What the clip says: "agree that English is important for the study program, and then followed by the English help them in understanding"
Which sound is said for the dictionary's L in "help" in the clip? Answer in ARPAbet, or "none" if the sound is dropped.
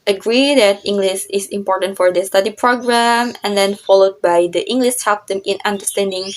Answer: none